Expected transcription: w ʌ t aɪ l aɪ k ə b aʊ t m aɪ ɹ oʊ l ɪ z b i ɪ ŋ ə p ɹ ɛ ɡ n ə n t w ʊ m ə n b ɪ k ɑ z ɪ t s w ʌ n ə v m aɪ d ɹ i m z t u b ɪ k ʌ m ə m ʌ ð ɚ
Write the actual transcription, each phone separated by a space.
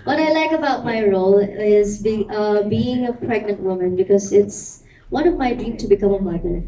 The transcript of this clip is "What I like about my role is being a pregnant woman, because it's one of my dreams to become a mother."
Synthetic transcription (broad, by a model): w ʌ t aɪ l aɪ k ə b aʊ t m aɪ ɹ oʊ l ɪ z b i ɪ ŋ ə p ɹ ɛ ɡ n ə n t w ʊ m ə n b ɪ k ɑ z ɪ t s w ʌ n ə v m aɪ d ɹ i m t u b ɪ k ʌ m ə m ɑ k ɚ